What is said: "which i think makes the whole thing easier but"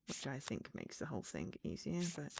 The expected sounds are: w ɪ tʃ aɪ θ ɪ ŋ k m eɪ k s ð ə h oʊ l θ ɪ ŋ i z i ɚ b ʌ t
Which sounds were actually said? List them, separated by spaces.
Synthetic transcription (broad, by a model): w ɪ tʃ aɪ θ ɪ ŋ k m eɪ k s ð ə h oʊ l θ ɪ ŋ i z i ɚ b ʌ t